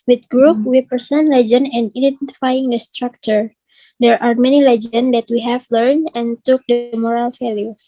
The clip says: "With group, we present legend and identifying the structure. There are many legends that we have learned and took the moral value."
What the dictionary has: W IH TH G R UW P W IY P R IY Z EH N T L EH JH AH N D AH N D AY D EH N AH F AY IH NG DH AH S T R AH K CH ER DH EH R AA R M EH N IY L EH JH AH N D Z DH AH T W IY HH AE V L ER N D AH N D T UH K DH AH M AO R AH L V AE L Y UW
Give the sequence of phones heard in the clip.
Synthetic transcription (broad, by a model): W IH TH G R UW P W IY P IY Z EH N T L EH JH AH N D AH N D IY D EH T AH F AY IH NG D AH S T R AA K CH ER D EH R AA R M EH N IY L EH JH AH N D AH T W IY HH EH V L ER N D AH N T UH K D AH M AO R AH L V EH L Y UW